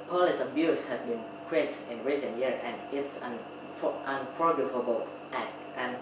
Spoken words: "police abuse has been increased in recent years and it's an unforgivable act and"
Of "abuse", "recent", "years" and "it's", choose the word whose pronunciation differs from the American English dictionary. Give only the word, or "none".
years